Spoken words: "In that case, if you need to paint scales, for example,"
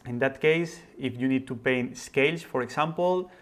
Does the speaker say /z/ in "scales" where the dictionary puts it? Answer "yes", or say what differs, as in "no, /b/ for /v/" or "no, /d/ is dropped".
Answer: no, /s/ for /z/